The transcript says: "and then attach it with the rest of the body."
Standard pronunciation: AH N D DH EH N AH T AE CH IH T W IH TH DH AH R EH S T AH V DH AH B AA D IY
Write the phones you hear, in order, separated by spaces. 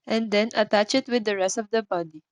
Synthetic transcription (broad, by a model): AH N D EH N AH T AE CH IH T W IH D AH R EH S T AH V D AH B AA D IY